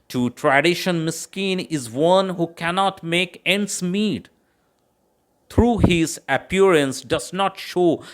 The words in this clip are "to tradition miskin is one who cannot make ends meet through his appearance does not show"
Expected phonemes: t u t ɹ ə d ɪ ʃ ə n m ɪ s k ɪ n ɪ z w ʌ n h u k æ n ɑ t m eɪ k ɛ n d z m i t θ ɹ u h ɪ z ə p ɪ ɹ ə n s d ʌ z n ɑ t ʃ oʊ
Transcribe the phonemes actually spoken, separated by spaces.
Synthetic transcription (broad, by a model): t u t ɹ ə d ɪ ʃ ə n m ɪ s k ɪ n ɪ z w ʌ n h u k æ n ɑ t m eɪ k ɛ n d s m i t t ɹ u h ɪ z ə p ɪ ɹ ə n s d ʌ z n ɑ t ʃ oʊ